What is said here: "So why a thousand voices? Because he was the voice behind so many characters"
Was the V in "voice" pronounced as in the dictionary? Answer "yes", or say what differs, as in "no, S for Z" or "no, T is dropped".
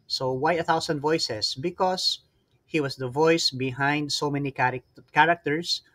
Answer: yes